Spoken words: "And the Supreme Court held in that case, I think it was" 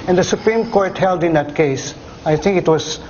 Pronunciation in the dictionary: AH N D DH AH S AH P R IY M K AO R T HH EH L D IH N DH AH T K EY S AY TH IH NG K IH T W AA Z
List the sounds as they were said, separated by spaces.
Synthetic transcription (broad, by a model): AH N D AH S AH P R IY M K AO R T HH EH L D IH N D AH T K EY S AY T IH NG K IH T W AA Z